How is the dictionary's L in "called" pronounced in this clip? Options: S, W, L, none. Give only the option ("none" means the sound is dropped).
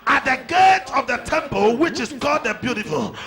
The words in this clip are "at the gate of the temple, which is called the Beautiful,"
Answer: none